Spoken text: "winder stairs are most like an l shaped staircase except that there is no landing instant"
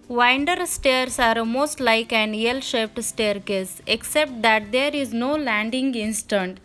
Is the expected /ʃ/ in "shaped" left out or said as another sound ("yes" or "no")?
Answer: no